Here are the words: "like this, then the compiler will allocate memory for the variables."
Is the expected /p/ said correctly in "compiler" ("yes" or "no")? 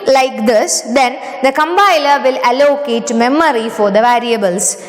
no